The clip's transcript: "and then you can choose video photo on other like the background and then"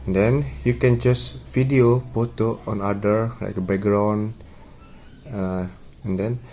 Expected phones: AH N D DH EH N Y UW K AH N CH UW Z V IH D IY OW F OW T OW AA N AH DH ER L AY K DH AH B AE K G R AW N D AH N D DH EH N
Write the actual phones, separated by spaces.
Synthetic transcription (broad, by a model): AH N D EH N Y UW K AH N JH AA S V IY D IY OW P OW T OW AA N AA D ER L AY K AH B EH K G R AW N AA AH N D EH N